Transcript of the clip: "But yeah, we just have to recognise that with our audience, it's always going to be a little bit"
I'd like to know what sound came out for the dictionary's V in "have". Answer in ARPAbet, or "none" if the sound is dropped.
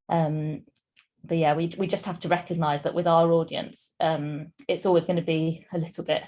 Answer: F